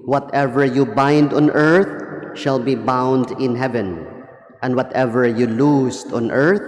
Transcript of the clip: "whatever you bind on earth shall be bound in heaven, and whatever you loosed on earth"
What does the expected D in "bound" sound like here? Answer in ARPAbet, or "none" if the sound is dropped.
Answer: D